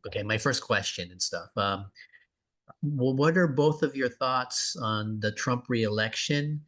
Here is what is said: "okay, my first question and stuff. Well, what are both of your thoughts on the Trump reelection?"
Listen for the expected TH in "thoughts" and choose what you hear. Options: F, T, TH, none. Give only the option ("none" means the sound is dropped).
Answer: TH